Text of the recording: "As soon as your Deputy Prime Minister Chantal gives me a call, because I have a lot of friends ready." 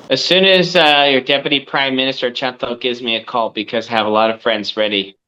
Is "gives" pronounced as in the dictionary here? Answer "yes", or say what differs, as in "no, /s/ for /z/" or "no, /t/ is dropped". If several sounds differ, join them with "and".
yes